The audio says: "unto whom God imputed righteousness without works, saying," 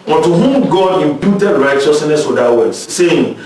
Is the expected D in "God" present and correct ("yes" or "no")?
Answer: yes